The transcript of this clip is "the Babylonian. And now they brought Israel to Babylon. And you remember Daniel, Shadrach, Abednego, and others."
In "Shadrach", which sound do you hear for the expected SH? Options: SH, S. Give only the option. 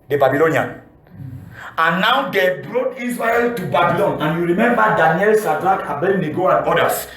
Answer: S